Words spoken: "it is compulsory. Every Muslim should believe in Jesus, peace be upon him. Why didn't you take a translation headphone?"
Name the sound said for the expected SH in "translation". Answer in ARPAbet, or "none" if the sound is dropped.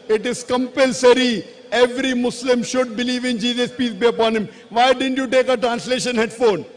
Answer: SH